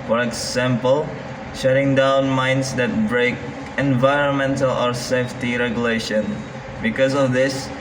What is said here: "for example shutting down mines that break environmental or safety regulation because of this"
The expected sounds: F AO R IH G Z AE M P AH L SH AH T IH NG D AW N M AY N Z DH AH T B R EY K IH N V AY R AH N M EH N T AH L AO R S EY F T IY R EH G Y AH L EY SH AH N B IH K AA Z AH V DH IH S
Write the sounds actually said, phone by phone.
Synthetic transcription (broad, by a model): F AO R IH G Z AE M P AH L SH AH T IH NG D AW N M AY N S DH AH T B R EY K IH N V AY R AH N M EH N T AH L AO R S EY F T IY R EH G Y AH L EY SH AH N B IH K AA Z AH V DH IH S